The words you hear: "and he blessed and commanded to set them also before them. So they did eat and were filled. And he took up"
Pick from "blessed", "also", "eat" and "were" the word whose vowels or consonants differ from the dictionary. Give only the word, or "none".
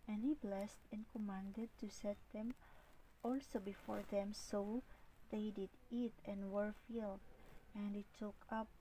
none